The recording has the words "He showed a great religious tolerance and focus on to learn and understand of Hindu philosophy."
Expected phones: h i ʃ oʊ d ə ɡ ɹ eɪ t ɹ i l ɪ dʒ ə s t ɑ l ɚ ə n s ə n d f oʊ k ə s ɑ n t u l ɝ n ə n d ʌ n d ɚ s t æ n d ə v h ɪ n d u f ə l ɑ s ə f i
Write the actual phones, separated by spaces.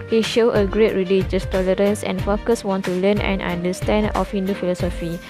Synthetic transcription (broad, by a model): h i ʃ oʊ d ə ɡ ɹ eɪ t ɹ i l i dʒ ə s t ɑ l ɚ ə n s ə n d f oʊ k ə s ɑ n t u l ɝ n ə n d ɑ n d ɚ s t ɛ n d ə f h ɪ n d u f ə l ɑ s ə f i